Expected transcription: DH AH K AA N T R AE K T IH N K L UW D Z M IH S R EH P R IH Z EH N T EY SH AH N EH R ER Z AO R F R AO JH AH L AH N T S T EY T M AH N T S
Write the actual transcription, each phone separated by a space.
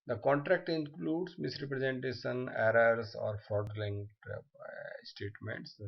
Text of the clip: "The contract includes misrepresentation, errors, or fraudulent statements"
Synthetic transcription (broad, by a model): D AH K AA N T R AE K T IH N K L UW D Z M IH S R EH P R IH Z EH N T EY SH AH N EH R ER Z AO R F AO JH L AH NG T S T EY T M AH N T S